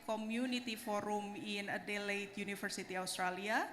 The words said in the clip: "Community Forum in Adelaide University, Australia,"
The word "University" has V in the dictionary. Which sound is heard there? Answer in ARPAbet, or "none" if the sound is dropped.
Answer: F